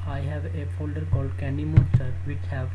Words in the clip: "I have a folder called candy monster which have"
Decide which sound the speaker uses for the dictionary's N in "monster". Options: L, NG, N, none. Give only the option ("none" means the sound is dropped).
none